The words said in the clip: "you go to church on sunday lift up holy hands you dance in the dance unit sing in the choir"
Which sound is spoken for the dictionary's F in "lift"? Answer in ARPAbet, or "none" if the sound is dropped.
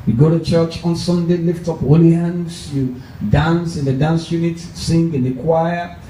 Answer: F